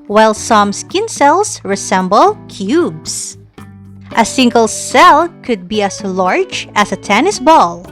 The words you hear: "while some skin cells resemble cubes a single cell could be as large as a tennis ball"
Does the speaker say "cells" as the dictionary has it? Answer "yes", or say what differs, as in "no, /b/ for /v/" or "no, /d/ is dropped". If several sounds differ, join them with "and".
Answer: no, /s/ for /z/